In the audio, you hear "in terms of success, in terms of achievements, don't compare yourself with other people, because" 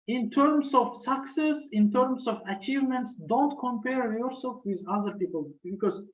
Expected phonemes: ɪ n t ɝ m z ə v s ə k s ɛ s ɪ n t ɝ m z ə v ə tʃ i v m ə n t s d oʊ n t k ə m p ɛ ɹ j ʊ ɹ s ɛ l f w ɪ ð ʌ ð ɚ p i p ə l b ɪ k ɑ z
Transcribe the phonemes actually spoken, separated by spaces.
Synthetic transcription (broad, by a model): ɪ n t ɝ m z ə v s ə k s ɛ s ɪ n t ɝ m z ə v ə tʃ i v m ə n t s d oʊ n t k ə m p ɛ ɹ j ʊ ɹ s ɛ l f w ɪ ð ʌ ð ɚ p i p ə l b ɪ k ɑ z